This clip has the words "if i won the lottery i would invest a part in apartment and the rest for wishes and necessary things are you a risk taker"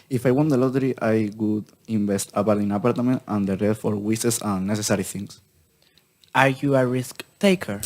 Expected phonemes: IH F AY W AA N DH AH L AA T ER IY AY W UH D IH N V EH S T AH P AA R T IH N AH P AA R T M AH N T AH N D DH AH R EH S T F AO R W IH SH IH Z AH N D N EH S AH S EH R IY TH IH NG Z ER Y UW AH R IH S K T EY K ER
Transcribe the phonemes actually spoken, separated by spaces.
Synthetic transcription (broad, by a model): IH F AY W AA N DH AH L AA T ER IY AY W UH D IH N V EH S T AH P AA R T IH N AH P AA R T M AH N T AH N D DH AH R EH T F AO R W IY S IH S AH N N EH S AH S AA R IY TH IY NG S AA Y UW AH R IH S K T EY K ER